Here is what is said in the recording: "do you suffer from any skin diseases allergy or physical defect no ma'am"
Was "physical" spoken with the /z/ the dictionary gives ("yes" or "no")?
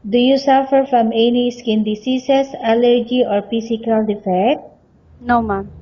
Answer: no